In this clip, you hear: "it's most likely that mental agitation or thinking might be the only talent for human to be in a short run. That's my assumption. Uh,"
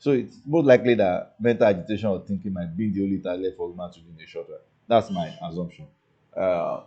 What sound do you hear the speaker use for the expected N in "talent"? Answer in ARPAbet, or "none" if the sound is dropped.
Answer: none